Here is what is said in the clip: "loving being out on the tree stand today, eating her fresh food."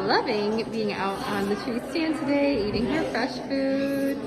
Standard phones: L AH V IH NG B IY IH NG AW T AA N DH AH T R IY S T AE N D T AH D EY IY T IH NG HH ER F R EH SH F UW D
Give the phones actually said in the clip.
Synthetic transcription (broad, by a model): L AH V IH NG B IY IH NG AW T N DH AH T R IY S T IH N T AH D EY IY T IH NG HH ER F R EH SH F UW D